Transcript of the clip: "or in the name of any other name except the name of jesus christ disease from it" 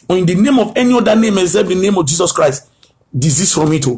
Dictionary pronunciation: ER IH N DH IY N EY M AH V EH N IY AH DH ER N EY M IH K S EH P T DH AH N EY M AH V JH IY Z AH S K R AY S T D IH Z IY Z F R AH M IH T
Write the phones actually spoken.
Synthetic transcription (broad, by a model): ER IH N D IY N EY M AH V EH N IY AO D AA N EY M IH S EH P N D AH N EY M AH V JH IY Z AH S K R AY S T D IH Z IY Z F R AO M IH T